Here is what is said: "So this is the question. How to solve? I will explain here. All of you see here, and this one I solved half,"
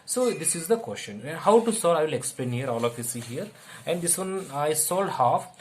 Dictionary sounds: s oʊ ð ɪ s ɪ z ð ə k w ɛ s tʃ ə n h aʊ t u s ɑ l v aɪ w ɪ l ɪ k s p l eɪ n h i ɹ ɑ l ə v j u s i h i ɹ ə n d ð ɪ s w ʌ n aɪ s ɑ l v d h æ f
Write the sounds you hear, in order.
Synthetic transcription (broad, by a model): s oʊ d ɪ s ɪ z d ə k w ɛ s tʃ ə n h aʊ t u s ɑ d aɪ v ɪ l ɪ k s p l eɪ n h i ɹ ɑ l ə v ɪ s i h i ɹ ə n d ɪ s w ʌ n aɪ s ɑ l d h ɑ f